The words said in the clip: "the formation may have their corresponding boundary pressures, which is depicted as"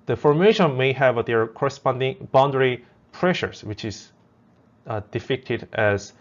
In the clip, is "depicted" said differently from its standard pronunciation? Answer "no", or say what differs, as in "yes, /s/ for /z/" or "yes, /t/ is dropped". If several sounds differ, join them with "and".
yes, /f/ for /p/